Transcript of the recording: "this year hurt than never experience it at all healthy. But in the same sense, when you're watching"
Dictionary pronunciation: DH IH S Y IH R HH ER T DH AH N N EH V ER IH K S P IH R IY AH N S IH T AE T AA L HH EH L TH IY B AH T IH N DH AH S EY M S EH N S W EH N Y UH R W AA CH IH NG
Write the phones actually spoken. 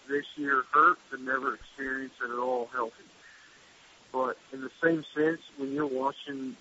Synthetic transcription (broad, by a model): DH IH S Y IH R HH ER T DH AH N N EH V ER IH K S P IH R IY AH N S IH T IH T AA L HH EH L TH IY B AH T IH N DH AH S EY M S EH N S W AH N Y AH R W AA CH IH NG